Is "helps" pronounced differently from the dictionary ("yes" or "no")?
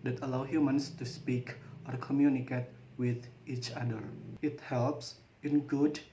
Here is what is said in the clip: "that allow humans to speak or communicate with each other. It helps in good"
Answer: no